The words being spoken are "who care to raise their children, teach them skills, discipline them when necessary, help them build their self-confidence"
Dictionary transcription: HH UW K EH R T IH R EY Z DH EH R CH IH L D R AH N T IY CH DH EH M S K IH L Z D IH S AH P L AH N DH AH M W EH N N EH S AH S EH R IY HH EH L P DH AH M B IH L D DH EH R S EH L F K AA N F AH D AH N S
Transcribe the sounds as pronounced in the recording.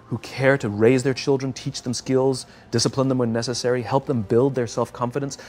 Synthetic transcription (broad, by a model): HH UW K EH R T IH R EY Z DH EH R CH IH L D R AH N T IY CH DH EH M S K IH L Z D IH S AH P L AH N DH AH M W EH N N EH S AH S EH R IY HH EH L P DH AH M B IH L D DH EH R S EH L F K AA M F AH D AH N S